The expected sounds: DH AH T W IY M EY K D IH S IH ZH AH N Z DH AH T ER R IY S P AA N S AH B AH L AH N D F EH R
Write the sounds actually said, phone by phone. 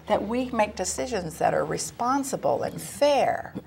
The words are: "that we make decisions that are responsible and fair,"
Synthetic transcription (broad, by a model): DH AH T W IY M EY K D IH S IH ZH AH N Z DH AH T ER R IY S P AA N S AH B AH L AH N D F EH R